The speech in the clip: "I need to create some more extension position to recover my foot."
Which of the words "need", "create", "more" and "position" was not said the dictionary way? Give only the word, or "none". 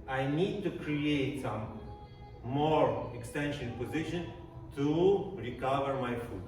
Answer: none